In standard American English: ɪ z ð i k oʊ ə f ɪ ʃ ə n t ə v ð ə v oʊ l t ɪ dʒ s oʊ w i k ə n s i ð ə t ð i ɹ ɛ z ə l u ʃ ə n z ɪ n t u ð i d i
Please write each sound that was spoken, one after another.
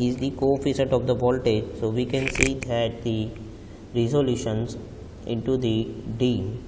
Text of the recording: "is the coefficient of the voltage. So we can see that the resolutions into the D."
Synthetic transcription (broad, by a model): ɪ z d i k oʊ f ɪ s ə t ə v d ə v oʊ l t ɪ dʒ s oʊ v i k ə n s i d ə t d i ɹ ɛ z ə l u ʃ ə n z ɪ n t u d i d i